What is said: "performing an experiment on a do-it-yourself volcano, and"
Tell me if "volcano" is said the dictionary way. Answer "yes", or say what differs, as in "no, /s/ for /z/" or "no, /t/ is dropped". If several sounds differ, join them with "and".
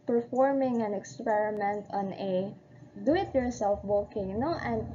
no, /b/ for /v/ and /l/ is dropped